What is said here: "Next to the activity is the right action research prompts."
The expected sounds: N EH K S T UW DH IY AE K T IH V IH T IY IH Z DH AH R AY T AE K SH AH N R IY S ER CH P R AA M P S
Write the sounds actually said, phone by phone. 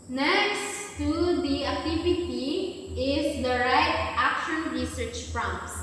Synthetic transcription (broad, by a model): N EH K S T UW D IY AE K T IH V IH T IY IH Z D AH R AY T AE K SH AH N R IY S ER CH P R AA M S